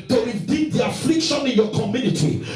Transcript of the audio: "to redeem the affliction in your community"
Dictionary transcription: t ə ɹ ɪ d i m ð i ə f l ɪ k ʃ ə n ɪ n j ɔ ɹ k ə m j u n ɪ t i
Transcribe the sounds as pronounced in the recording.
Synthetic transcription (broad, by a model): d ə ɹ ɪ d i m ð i ə f l ɪ k ʃ ə n ɪ n j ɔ k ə m j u n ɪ t i